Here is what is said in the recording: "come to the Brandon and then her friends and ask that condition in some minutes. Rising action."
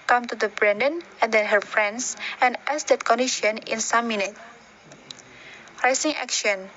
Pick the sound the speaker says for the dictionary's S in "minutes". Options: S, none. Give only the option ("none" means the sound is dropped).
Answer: none